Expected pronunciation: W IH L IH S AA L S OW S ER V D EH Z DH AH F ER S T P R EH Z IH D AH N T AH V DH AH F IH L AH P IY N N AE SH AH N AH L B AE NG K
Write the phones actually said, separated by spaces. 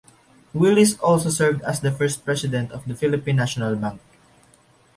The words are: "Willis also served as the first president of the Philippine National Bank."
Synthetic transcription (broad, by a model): W IH L IH S AA L S OW S ER V D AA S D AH F ER S T P R EH S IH D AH N T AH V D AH F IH L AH P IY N N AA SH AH N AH L B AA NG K